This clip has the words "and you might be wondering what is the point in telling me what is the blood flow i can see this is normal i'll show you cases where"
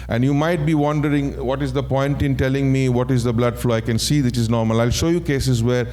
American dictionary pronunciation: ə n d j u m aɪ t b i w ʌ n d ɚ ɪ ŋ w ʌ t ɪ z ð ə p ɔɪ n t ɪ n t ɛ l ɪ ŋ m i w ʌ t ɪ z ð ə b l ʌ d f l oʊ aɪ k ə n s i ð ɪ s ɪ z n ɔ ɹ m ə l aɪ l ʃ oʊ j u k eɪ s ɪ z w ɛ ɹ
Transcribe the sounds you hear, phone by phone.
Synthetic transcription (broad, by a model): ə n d j u m aɪ t b i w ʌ n d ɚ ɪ ŋ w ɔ t ɪ z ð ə p ɔɪ n t ɪ n t ɛ l ɪ ŋ m i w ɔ t ɪ z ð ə b l ʌ d f l oʊ aɪ k ə n s i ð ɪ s ɪ z n ɔ ɹ m ə l aɪ l ʃ oʊ j u k eɪ s ɪ z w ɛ ɹ